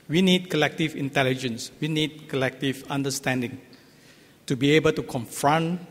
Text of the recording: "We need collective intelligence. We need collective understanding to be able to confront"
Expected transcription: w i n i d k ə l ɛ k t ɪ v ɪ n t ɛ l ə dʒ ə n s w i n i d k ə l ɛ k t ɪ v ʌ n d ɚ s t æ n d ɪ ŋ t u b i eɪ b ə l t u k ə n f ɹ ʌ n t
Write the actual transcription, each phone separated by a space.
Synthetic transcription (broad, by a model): w i n i d k ə l ɛ k t ɪ v ɪ n t ɛ l ə dʒ ə n s w i n i d k ə l ɛ k t ɪ v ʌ n d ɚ s t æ n d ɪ ŋ t u b i eɪ b ə l t u k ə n f ɹ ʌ n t